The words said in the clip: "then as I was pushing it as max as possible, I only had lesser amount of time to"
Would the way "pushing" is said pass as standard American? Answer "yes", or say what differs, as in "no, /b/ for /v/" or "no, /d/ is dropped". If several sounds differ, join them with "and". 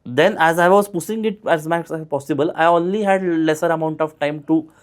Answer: no, /s/ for /ʃ/